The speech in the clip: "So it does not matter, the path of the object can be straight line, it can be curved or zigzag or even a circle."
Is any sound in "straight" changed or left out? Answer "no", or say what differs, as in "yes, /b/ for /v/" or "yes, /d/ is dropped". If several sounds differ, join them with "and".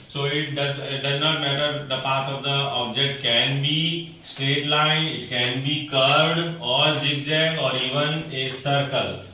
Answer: yes, /ɹ/ is dropped